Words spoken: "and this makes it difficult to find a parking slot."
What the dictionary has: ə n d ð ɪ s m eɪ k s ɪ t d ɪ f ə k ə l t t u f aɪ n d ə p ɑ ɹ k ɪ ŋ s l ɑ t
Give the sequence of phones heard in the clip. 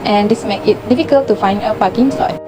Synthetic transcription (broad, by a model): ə n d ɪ s m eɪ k ɪ t d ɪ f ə k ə l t t u f aɪ n d ə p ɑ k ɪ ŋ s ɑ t